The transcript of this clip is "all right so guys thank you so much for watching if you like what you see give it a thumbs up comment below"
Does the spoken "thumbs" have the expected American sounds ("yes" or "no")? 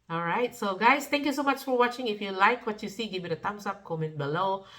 no